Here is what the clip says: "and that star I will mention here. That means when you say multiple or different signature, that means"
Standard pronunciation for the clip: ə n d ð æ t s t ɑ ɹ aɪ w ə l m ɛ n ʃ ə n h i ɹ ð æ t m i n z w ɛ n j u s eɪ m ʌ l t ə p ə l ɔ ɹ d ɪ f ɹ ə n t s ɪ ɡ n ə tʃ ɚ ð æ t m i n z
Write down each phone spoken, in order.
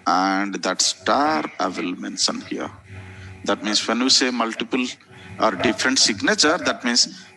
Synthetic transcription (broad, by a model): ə n d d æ t s t ɑ ɹ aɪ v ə l m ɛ n s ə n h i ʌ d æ t m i n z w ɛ n j u s eɪ m ʌ l t ə p ə l ɔ ɹ d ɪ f ɹ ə n t s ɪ ɡ n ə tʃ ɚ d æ t m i n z